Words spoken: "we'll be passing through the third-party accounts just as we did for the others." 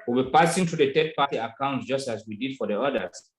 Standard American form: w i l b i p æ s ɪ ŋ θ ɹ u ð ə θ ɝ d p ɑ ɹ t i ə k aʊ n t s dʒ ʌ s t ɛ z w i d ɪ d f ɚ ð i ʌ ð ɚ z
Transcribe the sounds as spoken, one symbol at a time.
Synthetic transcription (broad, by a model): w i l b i p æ s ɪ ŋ t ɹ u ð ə t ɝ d p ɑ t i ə k aʊ n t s dʒ ʌ s t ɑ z w i d ɪ d f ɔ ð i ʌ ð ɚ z